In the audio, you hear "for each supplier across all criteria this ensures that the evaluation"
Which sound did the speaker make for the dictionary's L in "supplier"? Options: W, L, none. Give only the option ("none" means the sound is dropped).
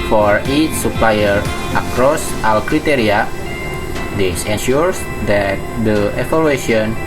L